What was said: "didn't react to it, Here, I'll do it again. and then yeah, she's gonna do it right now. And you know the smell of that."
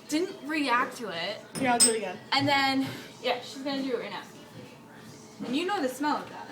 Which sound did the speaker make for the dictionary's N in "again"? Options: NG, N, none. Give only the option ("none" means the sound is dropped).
none